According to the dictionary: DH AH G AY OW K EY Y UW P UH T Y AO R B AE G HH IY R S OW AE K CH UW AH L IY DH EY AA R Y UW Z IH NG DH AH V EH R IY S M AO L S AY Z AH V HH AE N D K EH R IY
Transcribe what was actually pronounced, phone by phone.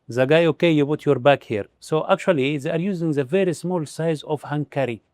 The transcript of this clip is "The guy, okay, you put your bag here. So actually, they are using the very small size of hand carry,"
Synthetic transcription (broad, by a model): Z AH G AY OW K EY Y UW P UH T Y AO R B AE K HH IY R S OW AE K CH UW AH L IY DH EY AA R Y UW Z IH NG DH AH V EH R IY S M AO L S AY Z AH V HH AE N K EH R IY